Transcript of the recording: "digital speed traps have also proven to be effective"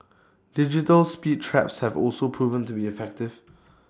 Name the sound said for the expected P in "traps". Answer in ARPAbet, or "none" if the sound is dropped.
P